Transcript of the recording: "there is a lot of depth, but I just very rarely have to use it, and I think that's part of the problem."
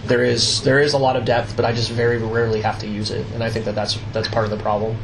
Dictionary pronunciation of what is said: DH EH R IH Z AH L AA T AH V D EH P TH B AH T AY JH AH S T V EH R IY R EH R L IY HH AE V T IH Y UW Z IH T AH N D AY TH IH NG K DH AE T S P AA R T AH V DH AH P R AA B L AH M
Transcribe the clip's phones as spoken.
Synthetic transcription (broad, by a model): DH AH R IH Z AH L AA T AH V D EH P TH B AH T AY JH AH S T V EH R IY R EH R L IY HH AE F T IH Y UW Z IH T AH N AY TH IH NG K DH AE T S P AA R T AH V DH AH P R AA B L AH M